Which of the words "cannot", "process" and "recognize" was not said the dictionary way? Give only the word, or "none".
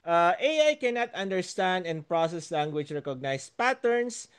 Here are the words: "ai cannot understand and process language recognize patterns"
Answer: recognize